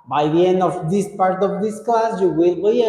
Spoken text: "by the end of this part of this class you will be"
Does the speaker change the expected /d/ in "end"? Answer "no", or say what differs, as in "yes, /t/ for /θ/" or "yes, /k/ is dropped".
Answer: no